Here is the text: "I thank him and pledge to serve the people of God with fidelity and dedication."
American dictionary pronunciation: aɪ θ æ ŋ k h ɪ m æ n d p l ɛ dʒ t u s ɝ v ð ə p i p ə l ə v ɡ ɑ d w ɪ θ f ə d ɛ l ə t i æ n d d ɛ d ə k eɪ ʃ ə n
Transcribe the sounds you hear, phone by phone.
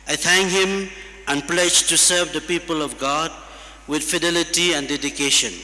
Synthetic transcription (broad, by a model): aɪ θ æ ŋ k h ɪ m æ n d p l ɛ dʒ t u s ɝ v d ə p i p ə l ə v ɡ ɑ d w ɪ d f ə d ɛ l ə t i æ n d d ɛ d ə k eɪ ʃ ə n